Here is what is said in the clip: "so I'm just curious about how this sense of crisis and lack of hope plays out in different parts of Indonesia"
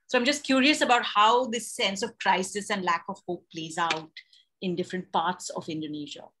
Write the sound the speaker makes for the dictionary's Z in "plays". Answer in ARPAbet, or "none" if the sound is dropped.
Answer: Z